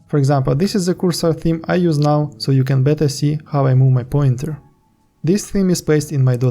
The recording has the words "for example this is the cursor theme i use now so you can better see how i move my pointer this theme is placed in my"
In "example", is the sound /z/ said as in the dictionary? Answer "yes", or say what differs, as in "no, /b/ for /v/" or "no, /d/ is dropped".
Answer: yes